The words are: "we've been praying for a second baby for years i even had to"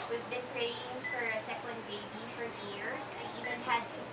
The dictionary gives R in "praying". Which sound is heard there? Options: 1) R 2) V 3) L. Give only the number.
1